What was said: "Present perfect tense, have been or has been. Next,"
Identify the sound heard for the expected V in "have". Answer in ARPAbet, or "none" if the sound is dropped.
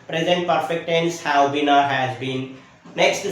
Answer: W